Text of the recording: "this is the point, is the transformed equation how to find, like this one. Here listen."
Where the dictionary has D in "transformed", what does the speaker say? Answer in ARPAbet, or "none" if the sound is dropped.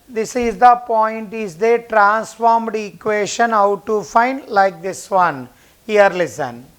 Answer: D